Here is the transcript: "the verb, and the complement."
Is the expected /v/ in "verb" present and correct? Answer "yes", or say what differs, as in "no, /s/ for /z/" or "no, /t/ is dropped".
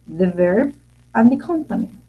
yes